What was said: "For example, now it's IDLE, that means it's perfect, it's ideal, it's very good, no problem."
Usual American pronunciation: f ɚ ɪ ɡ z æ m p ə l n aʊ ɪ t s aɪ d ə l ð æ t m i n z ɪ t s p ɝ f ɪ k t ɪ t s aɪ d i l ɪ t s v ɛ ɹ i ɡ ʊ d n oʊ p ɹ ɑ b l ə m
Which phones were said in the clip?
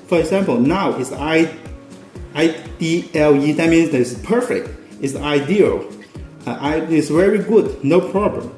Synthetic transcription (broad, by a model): f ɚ ɪ ɡ z æ m p ə l n aʊ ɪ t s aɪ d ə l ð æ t m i n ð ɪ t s p ɝ f ɪ k t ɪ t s aɪ d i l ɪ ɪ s v ɛ ɹ i ɡ ʊ d n oʊ p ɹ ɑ b l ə m